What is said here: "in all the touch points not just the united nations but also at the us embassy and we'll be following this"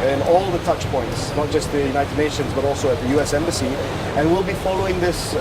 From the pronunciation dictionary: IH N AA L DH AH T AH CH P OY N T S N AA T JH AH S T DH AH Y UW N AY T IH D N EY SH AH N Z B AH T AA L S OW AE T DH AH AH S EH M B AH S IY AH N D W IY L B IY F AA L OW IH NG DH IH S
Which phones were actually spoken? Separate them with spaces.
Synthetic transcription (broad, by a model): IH N AA L DH AH T AH CH P OY N T S N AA T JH AH S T DH AH Y UW N AY T IH D N EY SH AH N Z B AH T AA L S OW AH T DH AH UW S EH M B AH S IY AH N W IY L B IY F AA L OW IH NG DH IH S